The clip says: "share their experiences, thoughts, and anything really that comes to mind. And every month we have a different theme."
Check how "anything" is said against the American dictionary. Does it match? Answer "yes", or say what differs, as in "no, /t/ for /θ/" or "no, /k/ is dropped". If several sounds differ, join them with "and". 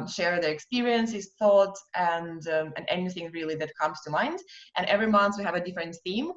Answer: yes